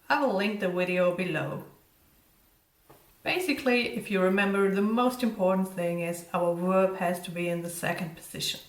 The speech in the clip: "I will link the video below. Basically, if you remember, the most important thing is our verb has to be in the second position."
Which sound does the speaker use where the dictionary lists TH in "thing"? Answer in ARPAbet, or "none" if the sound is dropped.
TH